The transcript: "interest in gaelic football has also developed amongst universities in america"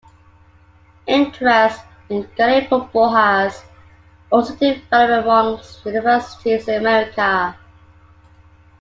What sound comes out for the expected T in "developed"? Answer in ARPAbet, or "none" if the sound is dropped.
none